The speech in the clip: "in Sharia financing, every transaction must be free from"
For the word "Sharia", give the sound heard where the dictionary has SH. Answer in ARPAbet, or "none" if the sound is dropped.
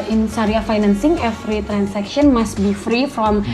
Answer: S